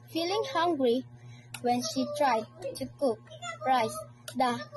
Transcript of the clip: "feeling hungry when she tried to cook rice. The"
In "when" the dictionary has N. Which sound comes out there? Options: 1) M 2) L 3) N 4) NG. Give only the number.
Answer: 3